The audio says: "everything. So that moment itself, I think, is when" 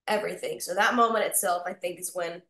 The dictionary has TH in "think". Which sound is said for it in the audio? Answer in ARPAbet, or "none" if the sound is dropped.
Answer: TH